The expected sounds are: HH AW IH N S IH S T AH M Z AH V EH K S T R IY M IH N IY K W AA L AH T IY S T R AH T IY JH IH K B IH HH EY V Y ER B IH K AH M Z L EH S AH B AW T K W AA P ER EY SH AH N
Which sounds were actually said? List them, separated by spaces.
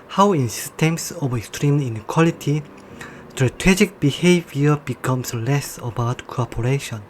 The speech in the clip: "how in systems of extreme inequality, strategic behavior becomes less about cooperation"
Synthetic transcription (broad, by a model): HH AW IH N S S T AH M S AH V EH K S T R IY M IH N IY K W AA L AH T IY S T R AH T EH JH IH K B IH HH EY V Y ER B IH K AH M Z L EH S AH B AW T K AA P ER EY SH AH N